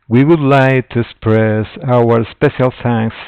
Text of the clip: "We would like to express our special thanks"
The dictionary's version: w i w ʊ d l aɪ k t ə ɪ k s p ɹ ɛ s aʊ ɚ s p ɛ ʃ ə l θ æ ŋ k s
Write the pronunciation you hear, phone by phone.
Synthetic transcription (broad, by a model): w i w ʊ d l aɪ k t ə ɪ s p ɹ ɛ s aʊ ɚ s p ɛ ʃ ə l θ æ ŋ k s